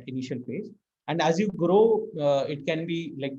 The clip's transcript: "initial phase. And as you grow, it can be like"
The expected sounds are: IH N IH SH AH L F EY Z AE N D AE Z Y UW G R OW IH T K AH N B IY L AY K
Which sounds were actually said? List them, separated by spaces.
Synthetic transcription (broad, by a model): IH N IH SH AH L P EY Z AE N D AE Z Y UW G R OW IH T K AH N B IY L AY K